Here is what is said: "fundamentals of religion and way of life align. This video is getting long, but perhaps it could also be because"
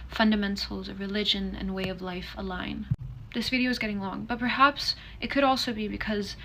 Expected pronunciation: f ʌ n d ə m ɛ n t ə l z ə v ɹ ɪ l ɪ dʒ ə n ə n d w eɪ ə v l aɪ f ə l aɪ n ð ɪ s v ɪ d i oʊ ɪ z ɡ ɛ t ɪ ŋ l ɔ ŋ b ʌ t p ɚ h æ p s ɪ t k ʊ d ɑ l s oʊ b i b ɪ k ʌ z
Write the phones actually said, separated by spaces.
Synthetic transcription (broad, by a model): f ʌ n d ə m ɛ n t l z ə v ɹ ɪ l ɪ dʒ ə n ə n w eɪ ə v l aɪ f ə l aɪ n ð ɪ s v ɪ d i oʊ ɪ z ɡ ɛ t ɪ ŋ l ɔ ŋ b ʌ t p ɚ h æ p s ɪ t k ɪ d ɑ l s oʊ b i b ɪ k ʌ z